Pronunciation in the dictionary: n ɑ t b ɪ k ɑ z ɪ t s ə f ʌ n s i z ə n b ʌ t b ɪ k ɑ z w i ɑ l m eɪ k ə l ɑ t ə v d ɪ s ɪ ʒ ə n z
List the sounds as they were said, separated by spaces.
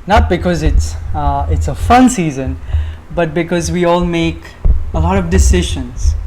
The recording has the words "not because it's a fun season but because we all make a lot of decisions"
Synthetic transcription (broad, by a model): n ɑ t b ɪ k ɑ z ɪ t s ə f ʌ n s i z ə n b ʌ t b ɪ k ɑ z w i ɑ l m eɪ k ə l ɑ t ə v d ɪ s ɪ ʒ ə n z